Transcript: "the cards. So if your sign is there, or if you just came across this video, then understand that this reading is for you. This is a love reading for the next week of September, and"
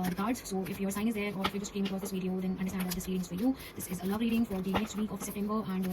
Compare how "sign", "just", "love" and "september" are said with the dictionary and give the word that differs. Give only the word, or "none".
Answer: sign